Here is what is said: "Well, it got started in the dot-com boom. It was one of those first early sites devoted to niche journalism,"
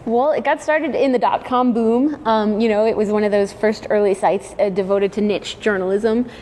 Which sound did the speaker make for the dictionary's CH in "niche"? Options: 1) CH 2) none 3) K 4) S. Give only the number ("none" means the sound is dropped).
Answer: 1